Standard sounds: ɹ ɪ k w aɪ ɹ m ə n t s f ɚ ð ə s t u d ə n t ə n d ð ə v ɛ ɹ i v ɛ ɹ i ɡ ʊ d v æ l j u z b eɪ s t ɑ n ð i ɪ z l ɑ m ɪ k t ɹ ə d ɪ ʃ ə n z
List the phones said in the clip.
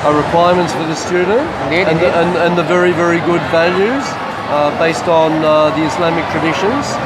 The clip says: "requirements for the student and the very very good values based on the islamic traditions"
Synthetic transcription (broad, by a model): ɹ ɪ k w aɪ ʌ m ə n t s f ɚ ð ə s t u d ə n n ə n ð ə v ɛ ɹ i v ɛ ɹ i ɡ ʊ d v æ l j u z b eɪ s t n ð i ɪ s l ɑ m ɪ k t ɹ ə d ɪ ʃ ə n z